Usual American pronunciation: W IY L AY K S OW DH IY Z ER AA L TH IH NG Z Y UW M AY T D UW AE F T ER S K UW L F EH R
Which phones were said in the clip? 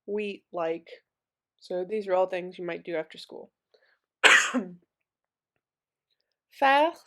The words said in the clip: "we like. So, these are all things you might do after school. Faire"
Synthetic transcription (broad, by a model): W IY L AY K S OW DH IY Z ER AA L TH IH NG Z Y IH M AY T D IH AE F T ER S K UW L F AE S